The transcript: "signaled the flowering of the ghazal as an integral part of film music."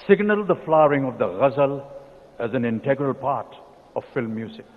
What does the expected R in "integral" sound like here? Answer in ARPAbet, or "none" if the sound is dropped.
R